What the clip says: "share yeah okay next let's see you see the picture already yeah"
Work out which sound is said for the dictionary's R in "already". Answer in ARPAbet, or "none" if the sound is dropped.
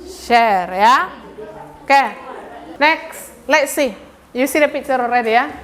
R